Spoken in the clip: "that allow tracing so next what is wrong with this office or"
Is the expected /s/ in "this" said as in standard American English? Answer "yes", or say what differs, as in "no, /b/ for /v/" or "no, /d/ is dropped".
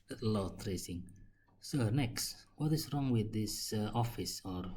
yes